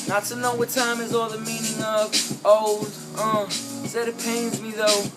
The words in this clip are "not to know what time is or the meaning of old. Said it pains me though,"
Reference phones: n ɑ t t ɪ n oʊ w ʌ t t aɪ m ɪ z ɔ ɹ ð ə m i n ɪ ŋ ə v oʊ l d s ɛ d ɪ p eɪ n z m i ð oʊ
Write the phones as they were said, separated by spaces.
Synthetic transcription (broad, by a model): n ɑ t t ɪ n oʊ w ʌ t t aɪ m ɪ z ɔ l ð ə m i n ɪ ŋ ə v oʊ l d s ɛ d ɪ p eɪ n z m i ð oʊ